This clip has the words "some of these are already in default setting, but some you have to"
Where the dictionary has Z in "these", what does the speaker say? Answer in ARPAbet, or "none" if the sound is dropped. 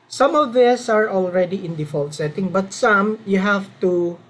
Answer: S